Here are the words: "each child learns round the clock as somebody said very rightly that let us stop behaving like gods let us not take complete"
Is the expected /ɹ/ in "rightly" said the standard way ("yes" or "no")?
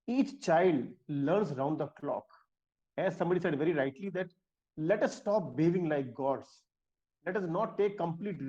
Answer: yes